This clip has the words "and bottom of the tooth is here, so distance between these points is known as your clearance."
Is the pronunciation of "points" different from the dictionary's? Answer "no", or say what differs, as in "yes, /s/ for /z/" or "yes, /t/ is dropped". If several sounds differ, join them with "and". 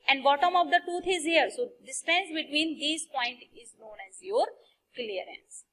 yes, /s/ is dropped